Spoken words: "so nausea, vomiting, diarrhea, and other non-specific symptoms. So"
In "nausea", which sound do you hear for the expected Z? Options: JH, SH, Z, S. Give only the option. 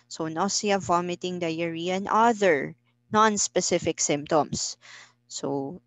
S